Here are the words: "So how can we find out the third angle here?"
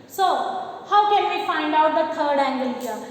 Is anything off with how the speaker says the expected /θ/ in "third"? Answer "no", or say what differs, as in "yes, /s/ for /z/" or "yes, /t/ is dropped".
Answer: yes, /t/ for /θ/